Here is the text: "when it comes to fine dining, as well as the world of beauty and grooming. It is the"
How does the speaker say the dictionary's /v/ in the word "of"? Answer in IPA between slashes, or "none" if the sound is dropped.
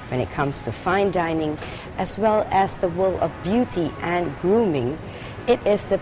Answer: /v/